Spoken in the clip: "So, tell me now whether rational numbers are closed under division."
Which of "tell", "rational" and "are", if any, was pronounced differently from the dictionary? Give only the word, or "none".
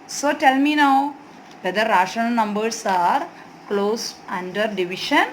rational